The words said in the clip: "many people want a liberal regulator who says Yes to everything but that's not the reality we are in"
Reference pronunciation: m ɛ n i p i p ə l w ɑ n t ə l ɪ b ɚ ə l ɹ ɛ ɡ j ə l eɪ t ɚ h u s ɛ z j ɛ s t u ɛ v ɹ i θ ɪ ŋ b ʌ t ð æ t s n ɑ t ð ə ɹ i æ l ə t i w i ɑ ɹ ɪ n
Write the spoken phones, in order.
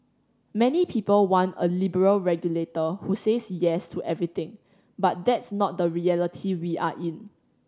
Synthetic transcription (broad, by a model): m ɛ n i p i p ə l w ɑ n ə l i b ɚ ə l ɹ ɛ ɡ j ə l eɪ t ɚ h u s ɛ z j ɛ s t u ɛ v ɹ i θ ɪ ŋ b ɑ t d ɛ t s n ɑ t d ə ɹ i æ l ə t i w i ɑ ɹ ɪ n